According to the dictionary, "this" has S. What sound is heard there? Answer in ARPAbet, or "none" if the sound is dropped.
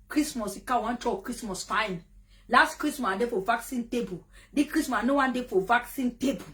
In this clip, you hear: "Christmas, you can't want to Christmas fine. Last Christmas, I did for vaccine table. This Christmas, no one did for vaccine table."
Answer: none